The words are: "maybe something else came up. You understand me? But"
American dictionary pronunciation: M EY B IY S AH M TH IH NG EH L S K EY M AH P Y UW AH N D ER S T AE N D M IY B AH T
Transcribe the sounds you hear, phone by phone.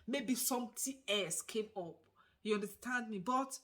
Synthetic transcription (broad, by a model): M EY B IY S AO M T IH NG EH L S K EY M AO P Y UW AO N D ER S T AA N D M IY B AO T